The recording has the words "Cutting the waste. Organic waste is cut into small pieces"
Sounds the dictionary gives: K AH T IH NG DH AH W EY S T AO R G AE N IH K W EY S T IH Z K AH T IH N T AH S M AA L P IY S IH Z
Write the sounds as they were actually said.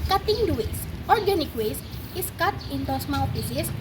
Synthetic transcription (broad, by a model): K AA T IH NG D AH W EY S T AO R G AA N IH K W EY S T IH S K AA T IH N T AH S M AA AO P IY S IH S